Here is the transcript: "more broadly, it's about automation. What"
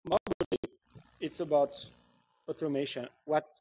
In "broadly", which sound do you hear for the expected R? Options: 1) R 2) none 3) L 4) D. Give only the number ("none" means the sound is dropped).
2